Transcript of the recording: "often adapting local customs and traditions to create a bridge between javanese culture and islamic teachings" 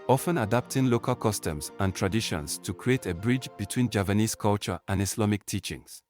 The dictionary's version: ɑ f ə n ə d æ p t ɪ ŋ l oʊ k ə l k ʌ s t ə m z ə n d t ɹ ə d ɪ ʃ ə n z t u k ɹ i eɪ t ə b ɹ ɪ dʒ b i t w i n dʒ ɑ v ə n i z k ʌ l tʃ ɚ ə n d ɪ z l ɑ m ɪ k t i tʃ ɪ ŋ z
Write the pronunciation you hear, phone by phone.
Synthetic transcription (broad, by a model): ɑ f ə n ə d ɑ p t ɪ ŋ l oʊ k ə l k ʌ s t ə m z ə n t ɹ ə d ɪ ʃ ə n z t u k ɹ i eɪ t ə b ɹ ɪ dʒ b i t w i n dʒ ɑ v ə n i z k ʌ l tʃ ɚ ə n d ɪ s l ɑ m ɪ k t i tʃ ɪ ŋ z